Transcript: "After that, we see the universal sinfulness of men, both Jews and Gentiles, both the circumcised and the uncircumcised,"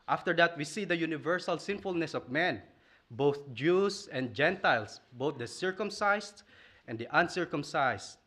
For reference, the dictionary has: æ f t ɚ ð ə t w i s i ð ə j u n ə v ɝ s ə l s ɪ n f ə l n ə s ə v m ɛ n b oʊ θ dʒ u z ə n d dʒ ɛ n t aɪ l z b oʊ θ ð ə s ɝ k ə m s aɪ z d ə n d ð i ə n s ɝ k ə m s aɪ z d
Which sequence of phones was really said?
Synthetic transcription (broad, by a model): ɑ f t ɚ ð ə t w i s i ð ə j u n ə v ɝ s ə l s ɪ n f ə l n ə s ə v m ɛ n b oʊ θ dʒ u s ə n d dʒ ɛ n t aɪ l s b oʊ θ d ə s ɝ k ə m s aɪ s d ə n d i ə n s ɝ k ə m s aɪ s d